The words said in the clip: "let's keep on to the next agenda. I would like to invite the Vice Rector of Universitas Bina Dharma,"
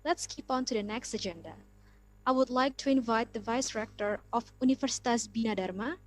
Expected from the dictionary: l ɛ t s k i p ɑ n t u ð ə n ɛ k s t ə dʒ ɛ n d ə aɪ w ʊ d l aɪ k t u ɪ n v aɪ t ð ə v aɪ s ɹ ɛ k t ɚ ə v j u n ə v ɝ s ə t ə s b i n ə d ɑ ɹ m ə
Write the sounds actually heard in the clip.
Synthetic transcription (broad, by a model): l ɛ t s k i p ɑ n t u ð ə n ɛ k s t ə dʒ ɛ n d ə aɪ w ʊ d l aɪ k t u ɪ n v aɪ t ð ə v aɪ s ɹ ɛ k t ɚ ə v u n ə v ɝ s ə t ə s b i n ə d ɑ ɹ m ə